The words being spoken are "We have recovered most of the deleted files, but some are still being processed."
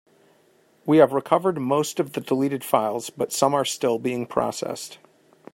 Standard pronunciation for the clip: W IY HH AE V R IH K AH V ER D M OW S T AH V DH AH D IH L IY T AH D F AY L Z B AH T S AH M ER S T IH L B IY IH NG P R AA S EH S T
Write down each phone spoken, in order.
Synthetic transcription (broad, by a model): W IY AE V R IH K AH V ER D M OW S T AH V DH AH D IH L IY T AH D F AY L Z B AH T S AH M ER S T IH L B IY IH NG P R AA S EH S T